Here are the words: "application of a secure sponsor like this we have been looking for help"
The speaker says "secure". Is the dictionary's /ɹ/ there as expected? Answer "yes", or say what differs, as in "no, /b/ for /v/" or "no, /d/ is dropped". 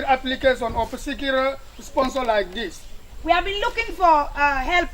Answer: no, /l/ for /ɹ/